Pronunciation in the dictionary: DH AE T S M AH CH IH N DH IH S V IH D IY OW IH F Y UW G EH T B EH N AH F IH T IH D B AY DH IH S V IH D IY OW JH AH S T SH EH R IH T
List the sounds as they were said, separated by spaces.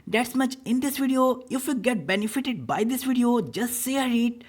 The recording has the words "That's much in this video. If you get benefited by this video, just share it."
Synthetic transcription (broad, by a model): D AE T S M AH CH IH N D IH S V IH D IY OW IH F Y UW G EH T B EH N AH F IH T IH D B AY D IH S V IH D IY OW JH AH S T S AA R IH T